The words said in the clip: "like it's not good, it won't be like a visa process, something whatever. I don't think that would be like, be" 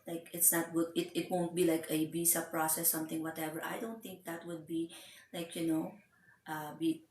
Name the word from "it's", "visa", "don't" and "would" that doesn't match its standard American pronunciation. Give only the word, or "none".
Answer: visa